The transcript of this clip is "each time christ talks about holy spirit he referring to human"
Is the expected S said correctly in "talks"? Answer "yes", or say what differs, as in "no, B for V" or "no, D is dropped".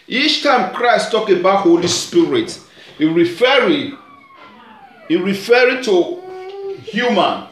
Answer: no, S is dropped